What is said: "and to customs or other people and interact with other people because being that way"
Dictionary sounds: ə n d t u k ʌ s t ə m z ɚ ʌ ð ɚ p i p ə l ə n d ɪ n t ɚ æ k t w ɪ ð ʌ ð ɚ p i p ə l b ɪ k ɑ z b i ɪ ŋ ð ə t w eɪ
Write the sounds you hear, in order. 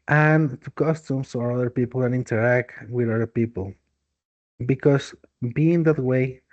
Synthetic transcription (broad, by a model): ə n t u k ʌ s t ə m s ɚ ʌ ð ɚ p i p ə l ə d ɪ n t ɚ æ k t w ɪ ð ʌ ð ɚ p i p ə l b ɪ k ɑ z b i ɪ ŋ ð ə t w eɪ